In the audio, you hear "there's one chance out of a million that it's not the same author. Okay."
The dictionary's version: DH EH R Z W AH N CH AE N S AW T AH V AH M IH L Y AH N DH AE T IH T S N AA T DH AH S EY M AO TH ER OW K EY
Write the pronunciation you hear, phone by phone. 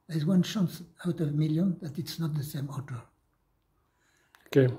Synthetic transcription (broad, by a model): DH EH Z W AH N SH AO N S AW T AH V M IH L Y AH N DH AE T IH T S N AA T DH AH S EY M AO T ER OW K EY